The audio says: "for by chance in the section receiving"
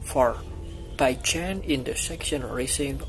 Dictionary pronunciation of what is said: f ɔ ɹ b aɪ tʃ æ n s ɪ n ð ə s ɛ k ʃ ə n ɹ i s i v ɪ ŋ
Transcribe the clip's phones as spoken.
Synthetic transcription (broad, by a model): f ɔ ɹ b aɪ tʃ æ n ɪ n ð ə s ɛ k ʃ ə n ɹ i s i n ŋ